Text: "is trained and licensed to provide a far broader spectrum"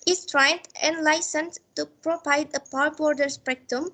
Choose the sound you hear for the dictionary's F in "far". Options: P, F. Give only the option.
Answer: P